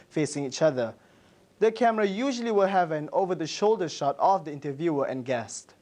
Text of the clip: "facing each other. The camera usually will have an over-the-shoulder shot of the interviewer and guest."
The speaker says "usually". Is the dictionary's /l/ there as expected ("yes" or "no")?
yes